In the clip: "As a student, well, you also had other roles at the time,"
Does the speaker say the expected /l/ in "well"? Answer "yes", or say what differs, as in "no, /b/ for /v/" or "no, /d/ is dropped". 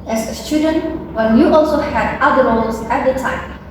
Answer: no, /n/ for /l/